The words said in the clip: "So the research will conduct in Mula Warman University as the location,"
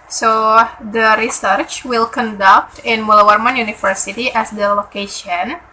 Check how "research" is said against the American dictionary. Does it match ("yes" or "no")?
yes